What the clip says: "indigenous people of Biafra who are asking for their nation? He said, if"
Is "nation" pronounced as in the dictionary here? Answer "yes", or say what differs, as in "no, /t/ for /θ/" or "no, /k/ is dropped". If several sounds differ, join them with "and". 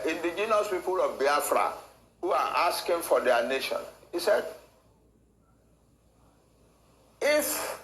yes